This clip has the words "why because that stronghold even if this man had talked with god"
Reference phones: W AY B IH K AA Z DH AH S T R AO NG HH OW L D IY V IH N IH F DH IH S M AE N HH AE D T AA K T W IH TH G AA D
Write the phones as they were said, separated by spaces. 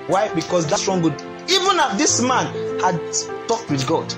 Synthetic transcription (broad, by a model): W AY B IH K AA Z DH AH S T R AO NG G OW D IY V IH N IH F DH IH S M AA N HH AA D T AA K T W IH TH G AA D